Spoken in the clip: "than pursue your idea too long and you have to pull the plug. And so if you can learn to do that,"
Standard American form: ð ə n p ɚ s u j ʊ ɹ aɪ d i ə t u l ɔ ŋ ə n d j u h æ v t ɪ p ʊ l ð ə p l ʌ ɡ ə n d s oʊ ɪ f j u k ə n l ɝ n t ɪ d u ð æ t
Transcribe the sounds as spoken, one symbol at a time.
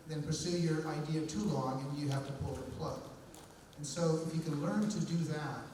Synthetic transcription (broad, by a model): ð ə n p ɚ s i j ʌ ɹ aɪ d i ə t u l ɔ ŋ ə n j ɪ h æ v t ɪ p ʊ l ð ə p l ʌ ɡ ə n s oʊ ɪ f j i k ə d l ɝ n t ɪ d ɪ ð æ t